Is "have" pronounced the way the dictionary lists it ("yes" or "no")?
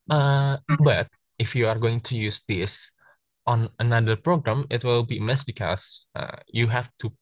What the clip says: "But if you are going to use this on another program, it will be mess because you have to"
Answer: no